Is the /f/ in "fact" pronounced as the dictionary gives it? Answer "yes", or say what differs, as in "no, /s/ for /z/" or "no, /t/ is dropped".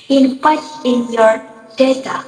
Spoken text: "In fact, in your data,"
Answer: no, /p/ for /f/